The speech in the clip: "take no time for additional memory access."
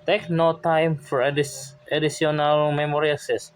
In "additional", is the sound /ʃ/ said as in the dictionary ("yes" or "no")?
no